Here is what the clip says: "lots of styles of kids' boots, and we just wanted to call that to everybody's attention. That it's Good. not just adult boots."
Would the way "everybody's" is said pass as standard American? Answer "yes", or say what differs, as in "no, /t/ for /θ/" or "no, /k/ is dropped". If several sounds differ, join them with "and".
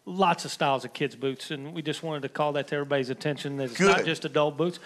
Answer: no, /v/ is dropped